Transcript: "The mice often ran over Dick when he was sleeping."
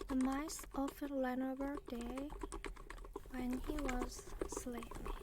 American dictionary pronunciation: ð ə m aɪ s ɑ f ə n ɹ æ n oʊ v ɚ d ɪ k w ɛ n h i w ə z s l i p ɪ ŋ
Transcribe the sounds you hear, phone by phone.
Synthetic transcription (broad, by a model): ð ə m aɪ s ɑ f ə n l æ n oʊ b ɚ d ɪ w ɛ n h i w ə z s l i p